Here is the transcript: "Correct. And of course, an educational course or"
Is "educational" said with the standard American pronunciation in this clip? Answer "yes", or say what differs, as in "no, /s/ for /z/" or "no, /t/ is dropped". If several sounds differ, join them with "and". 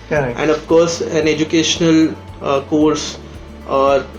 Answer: yes